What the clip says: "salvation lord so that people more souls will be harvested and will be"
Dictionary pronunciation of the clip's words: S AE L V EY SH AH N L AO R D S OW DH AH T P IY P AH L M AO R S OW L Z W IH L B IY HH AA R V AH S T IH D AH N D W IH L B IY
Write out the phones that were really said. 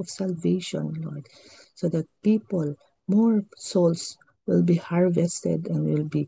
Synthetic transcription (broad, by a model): S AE L V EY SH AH N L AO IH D S OW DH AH T P IY P AH L M AO R S OW L S W IH L B IY HH AA R V AH S T IH D AH N D W IH L B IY